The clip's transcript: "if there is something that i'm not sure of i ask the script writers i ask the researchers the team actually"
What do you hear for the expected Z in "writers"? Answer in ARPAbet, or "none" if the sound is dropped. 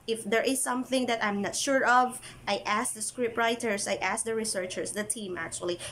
S